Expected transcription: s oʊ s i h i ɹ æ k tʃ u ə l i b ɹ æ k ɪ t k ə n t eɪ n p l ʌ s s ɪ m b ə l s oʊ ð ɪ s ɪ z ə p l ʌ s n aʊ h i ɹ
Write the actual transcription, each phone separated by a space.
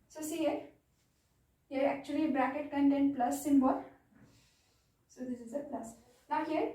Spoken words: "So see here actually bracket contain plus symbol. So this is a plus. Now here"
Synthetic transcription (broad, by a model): s oʊ s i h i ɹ æ k tʃ u ə l i b ɹ æ k ɪ t k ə n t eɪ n p l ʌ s s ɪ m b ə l s oʊ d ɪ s ɪ z ə p l ʌ s n aʊ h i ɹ